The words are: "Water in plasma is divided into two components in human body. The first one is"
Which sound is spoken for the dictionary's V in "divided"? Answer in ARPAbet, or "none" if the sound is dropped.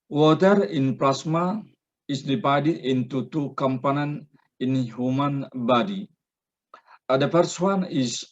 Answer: P